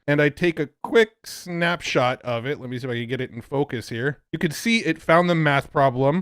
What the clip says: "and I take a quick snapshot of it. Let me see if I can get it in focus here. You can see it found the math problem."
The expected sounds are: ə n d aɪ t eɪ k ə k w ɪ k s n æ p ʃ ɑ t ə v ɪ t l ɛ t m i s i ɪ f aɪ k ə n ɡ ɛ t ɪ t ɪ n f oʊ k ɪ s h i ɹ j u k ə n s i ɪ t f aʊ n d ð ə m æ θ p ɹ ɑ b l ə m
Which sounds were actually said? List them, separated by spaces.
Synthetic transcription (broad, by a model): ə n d aɪ t eɪ k ə k w ɪ k s n æ p ʃ ɑ t ə v ɪ t l ɛ t m i s i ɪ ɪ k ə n ɡ ɛ t ɪ t n f oʊ k ɪ s h i ɹ j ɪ k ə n s i ɪ t f aʊ n ð ə m æ θ p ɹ ɑ b l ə m